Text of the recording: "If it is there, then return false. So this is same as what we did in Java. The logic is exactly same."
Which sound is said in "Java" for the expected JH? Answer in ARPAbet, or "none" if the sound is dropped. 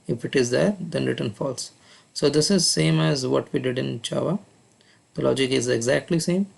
CH